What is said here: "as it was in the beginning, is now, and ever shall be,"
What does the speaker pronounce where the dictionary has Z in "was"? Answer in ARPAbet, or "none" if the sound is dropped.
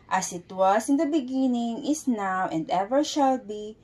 S